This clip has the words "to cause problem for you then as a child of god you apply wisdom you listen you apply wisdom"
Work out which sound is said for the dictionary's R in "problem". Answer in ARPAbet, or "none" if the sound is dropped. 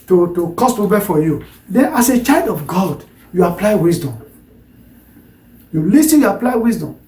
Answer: none